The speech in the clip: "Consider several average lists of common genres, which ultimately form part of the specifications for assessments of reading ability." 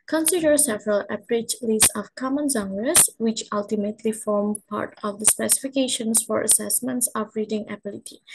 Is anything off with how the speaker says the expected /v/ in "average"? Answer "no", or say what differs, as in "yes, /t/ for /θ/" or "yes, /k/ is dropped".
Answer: yes, /p/ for /v/